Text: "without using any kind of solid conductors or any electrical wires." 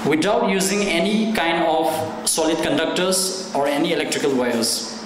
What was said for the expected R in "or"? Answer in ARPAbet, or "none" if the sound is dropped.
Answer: R